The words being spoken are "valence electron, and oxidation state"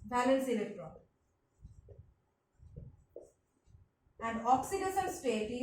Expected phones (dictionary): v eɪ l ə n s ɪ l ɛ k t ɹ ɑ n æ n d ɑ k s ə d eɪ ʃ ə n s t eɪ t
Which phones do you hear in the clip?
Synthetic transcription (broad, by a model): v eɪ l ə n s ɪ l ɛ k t ɹ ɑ æ n d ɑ k s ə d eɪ s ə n s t eɪ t